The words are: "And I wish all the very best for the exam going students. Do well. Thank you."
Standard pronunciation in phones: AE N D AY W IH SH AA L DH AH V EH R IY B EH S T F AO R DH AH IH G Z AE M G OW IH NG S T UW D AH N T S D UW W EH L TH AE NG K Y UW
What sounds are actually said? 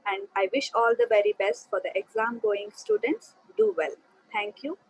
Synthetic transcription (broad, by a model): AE N D AY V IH SH AA L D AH V EH R IY B EH S T F AO R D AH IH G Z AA M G OW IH NG S T UW D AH N T S D UW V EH L T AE NG K Y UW